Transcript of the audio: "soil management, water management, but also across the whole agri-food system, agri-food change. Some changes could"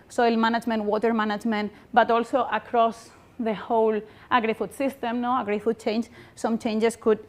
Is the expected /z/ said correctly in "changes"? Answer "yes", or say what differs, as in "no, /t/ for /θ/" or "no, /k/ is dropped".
no, /s/ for /z/